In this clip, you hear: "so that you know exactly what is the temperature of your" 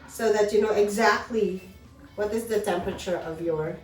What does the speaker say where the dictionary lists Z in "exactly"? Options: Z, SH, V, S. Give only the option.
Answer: Z